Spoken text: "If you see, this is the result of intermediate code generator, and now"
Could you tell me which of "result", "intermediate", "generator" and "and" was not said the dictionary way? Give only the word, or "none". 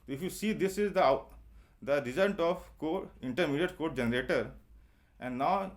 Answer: result